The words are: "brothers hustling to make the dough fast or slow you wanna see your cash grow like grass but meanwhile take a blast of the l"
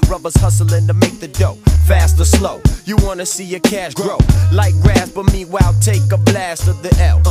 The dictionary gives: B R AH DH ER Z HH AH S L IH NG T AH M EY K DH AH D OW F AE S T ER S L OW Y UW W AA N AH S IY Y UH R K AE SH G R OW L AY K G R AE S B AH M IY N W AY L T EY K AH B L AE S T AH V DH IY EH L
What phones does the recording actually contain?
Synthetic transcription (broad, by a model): R AH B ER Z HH AH S L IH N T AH M EY K DH AH D OW F AE S T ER S L OW Y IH W AA N AH S IY Y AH R K AE SH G R OW L AY K G R AE S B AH M IY W AY L T EY K AH B L AE S T AH V DH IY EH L